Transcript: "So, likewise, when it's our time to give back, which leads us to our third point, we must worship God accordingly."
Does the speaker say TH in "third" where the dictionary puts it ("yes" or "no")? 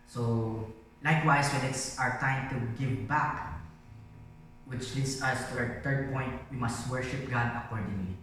no